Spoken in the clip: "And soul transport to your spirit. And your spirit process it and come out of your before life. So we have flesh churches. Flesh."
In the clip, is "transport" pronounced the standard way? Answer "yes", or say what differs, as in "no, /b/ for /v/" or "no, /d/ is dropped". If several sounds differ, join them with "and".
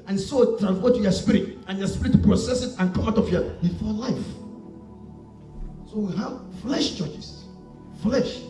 no, /f/ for /p/